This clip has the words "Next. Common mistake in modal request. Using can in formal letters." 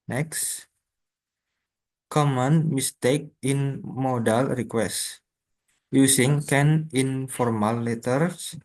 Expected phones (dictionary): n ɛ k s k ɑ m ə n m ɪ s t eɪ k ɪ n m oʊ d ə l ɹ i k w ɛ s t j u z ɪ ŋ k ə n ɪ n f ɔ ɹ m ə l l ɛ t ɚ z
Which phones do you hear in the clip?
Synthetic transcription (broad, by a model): n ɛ k s k ɑ m ə n m ɪ s t eɪ k ɪ n m oʊ d ə l ɹ i k w ɛ s t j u s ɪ ŋ k ə n ɪ n f ɔ ɹ m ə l l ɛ t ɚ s